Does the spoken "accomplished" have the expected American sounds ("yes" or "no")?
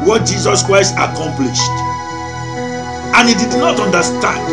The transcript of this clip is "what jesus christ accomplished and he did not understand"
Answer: yes